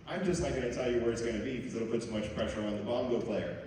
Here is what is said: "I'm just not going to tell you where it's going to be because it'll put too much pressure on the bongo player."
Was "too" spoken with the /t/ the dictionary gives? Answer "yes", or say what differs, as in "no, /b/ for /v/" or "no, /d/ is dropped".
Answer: no, /s/ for /t/